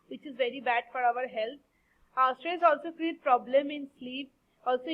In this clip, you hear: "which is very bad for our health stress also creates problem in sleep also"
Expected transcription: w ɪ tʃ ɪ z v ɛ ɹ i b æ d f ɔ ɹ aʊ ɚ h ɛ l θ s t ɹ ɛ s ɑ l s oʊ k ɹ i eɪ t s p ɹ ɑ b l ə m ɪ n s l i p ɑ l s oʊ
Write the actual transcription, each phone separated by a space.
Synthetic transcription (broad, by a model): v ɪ tʃ ɪ z v ɛ ɹ i b æ d f ɔ ɹ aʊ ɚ h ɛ l t s t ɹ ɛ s ɑ l s oʊ k ɹ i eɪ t p ɹ ɑ b l ə m ɪ n s l i p ɑ l s oʊ